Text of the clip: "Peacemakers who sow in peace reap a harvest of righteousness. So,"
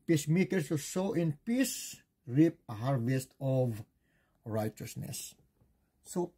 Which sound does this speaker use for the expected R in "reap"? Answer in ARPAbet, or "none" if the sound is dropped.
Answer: R